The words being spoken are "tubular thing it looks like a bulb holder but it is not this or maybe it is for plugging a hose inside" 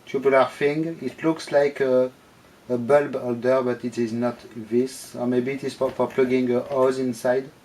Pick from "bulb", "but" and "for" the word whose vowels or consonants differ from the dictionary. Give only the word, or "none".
none